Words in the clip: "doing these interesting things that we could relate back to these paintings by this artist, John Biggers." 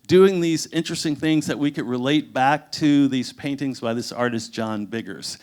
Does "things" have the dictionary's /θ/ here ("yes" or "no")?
yes